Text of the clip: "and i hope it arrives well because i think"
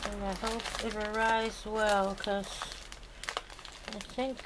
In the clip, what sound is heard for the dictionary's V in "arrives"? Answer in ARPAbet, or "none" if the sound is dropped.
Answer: none